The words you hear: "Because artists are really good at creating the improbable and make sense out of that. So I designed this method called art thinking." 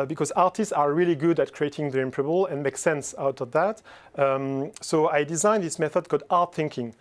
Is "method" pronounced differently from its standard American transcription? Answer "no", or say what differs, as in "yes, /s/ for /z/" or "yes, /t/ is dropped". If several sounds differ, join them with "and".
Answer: no